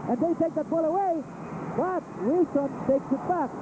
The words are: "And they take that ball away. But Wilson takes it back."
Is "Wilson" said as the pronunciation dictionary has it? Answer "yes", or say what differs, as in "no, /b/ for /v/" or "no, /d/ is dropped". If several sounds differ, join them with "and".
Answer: no, /l/ is dropped